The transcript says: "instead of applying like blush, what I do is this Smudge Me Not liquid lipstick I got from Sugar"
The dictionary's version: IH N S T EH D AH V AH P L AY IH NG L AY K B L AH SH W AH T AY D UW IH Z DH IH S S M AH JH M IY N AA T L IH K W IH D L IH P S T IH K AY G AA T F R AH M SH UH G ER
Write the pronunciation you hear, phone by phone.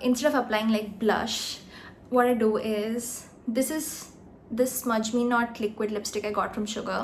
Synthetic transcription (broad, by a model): IH N S T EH D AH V AH P L AY IH NG L AY K B L AH SH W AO T AY D UW IH Z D IH S S M AH JH M IY N AA T L IH K W IH D L IH P S T IH K AY G AA T F R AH M SH UH G ER